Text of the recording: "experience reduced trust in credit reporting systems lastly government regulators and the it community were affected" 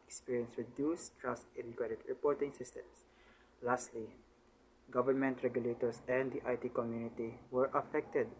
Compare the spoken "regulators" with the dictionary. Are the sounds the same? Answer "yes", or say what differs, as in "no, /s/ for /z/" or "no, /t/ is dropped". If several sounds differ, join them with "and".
no, /s/ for /z/